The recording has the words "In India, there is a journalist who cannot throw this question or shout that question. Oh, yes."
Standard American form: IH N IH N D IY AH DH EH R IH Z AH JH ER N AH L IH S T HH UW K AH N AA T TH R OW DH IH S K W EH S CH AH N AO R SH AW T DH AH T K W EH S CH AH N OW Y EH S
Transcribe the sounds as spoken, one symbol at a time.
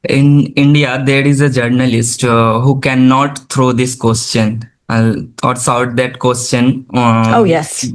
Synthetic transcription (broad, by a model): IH N IH N D IY AH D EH R IH Z AH JH ER N AH L IH S T HH UW K AH N AA T T R OW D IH S K W EH S CH AH N AO R S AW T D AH T K W EH S CH AH N OW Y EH S